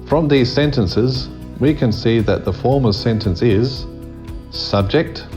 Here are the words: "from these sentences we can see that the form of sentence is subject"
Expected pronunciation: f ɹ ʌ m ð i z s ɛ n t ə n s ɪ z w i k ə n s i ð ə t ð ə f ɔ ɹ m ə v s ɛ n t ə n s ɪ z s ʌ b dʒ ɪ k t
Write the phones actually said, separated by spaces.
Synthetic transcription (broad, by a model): f ɹ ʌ m ð i z s ɛ n t ə n s ɪ z w i k ə n s i ð ə t ð ə f ɔ ɹ m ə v s ɛ n t ə n s ɪ z s ʌ b dʒ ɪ k t